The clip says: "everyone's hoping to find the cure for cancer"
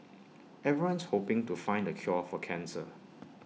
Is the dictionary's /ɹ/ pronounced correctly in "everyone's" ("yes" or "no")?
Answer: no